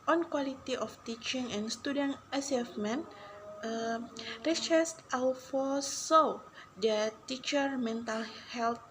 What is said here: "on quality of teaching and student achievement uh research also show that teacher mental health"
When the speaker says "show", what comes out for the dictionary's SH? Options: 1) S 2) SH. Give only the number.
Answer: 1